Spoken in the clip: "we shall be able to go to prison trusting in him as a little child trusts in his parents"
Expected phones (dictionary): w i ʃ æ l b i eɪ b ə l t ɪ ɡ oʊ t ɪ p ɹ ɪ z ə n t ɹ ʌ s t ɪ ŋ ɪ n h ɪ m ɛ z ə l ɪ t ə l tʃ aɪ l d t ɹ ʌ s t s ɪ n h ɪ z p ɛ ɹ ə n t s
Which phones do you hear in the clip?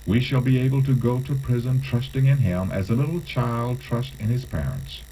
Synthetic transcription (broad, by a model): w i ʃ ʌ l b i eɪ b ə l t ɪ ɡ oʊ t ɪ p ɹ ɪ z ə n t ɹ ʌ s t ɪ ŋ ɪ n h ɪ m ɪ z ə l ɪ t l tʃ aɪ l d t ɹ ʌ s t ɪ n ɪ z p ɛ ɹ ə n t s